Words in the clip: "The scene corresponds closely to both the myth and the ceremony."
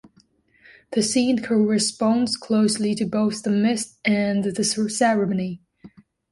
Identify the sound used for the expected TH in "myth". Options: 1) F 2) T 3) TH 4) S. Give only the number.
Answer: 2